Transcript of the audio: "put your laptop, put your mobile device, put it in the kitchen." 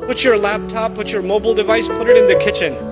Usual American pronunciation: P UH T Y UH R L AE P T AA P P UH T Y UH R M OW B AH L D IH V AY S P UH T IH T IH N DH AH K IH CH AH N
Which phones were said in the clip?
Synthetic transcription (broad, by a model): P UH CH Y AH R L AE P T AA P P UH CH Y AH R M OW B L D IH V AY S P UH T IH T IH N DH AH K IH CH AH N